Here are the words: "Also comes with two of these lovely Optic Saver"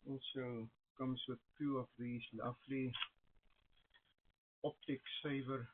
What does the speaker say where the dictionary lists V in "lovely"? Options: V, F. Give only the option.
F